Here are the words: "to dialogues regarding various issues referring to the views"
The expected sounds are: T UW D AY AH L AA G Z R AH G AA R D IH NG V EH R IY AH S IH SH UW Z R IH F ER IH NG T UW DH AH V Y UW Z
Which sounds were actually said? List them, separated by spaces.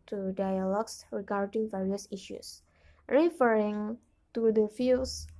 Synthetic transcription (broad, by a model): T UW D AY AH L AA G S R AH G AA R D IH NG V EH R IY AH S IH SH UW S R IH F ER IH NG T UW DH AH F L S